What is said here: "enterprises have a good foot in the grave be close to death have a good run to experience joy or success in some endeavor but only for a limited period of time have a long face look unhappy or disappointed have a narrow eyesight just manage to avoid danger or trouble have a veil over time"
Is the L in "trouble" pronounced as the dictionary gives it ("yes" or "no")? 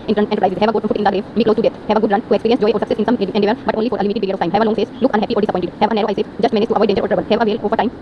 no